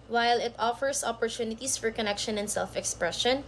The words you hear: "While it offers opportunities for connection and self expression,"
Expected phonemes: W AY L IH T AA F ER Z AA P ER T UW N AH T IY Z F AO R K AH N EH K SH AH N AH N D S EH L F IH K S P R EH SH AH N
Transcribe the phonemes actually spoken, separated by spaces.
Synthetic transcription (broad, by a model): W AY L IH T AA F ER S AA P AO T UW N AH T IY S F AO R K AH N EH K SH AH N AH N D S EH L F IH K S P R EH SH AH N